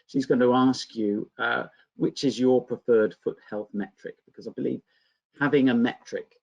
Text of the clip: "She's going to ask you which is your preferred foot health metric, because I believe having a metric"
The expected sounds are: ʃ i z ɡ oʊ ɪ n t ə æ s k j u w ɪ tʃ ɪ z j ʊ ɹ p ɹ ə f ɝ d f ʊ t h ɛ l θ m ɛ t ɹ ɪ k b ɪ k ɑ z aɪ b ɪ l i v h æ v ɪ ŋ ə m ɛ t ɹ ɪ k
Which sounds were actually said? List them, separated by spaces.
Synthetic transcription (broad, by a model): ʃ i z ɡ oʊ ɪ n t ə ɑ s k j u w ɪ tʃ ɪ z j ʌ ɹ p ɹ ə f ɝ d f ʊ t h ɛ l θ m ɛ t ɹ ɪ k b ɪ k ɑ z aɪ b ɪ l i v h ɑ v ɪ ŋ ə m ɛ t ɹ ɪ k